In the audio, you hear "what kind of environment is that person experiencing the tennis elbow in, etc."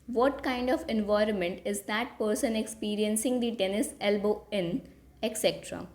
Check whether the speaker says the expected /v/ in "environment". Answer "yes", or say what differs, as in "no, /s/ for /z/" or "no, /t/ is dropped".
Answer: yes